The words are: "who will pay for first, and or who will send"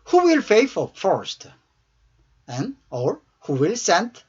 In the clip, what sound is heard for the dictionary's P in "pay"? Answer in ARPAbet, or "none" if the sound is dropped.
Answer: F